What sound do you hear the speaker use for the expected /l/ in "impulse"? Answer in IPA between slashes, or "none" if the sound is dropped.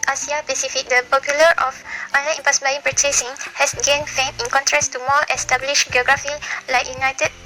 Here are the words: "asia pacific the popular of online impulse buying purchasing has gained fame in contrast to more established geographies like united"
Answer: none